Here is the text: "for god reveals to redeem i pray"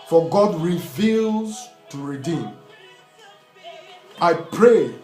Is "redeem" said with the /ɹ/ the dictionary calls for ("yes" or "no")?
yes